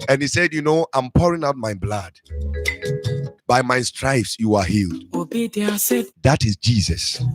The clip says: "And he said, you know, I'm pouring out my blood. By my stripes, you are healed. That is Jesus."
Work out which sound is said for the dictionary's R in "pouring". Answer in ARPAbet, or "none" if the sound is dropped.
R